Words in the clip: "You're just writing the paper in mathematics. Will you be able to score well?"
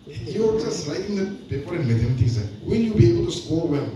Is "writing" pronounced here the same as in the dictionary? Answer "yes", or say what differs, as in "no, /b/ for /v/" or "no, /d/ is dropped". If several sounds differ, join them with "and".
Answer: no, /l/ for /ɹ/